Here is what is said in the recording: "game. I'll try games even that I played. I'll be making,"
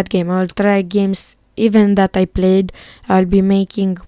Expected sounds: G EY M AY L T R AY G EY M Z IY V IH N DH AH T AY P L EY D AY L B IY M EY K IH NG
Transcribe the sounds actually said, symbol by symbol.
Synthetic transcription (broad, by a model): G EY M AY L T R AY G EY M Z IY V IH N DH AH T AY P L EY D AY L B IY M EY K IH NG